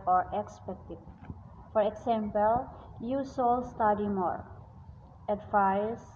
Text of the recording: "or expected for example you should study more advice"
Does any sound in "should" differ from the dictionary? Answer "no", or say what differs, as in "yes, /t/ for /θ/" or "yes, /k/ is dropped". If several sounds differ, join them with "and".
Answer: yes, /s/ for /ʃ/